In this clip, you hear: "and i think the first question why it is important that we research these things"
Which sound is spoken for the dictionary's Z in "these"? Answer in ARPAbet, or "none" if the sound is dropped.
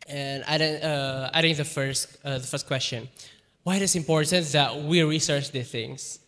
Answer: none